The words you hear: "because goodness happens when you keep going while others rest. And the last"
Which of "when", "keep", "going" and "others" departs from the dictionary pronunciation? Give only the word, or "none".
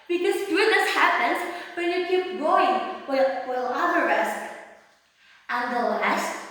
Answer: others